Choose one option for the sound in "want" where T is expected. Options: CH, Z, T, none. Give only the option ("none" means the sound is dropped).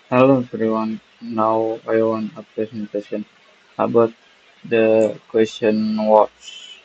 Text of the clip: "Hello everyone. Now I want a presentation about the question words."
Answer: none